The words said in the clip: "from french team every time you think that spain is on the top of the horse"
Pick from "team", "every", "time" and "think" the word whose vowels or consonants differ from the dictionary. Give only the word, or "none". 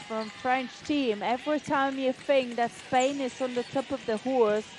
think